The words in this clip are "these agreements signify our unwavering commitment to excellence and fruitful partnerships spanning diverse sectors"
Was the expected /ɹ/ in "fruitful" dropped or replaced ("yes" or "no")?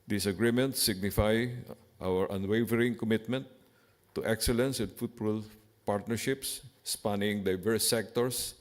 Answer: yes